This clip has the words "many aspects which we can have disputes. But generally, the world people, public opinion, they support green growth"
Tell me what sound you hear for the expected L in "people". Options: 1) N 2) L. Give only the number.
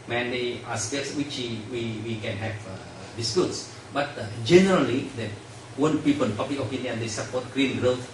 1